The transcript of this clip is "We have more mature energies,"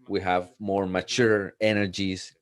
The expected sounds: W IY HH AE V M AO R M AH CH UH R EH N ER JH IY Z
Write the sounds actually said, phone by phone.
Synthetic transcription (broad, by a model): W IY HH AE V M AO R M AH CH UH R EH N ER JH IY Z